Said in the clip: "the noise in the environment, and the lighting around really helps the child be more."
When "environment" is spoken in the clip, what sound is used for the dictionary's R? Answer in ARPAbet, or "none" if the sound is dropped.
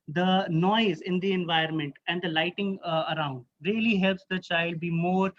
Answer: none